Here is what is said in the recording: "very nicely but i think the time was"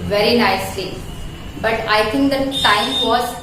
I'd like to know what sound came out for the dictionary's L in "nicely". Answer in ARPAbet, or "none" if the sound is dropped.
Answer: none